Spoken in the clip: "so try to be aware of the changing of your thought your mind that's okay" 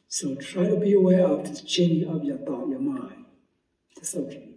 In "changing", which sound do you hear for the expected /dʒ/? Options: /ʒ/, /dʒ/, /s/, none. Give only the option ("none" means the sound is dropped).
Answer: none